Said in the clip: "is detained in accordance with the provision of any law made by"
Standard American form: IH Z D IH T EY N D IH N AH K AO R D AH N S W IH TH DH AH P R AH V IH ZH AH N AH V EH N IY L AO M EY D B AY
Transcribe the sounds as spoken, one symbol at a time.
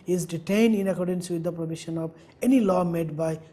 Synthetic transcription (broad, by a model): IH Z D IH T EY N D IH N AH K AO R D AH N S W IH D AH P R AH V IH SH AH N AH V EH N IY L AO M EY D B AY